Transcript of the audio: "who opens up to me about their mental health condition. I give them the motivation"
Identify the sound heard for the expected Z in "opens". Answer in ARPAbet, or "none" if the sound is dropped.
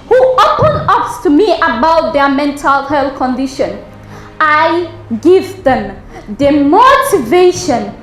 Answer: none